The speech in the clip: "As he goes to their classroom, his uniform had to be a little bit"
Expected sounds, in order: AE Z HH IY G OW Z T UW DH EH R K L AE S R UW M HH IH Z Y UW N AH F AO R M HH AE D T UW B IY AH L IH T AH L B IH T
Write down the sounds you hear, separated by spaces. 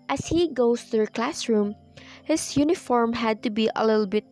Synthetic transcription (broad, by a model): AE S HH IY G OW S T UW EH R K L AE S R UW M HH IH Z Y UW N AH F AO R M HH AE D T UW B IY AH L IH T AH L B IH T